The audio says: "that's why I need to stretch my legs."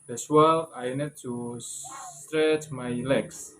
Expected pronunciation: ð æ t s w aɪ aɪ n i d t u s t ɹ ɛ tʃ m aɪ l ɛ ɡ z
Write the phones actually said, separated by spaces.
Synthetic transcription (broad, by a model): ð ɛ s w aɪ aɪ n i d t u s t ɹ ɛ tʃ m aɪ l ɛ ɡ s